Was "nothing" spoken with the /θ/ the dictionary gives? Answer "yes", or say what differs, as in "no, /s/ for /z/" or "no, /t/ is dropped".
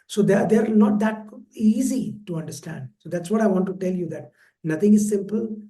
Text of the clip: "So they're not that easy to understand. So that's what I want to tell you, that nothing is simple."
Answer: no, /t/ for /θ/